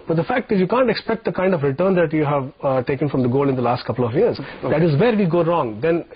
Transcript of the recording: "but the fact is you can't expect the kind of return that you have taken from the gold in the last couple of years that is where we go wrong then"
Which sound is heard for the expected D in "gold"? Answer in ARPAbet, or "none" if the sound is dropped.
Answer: none